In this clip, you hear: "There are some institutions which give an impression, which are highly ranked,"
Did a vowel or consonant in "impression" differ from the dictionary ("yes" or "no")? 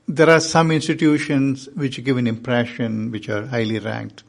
no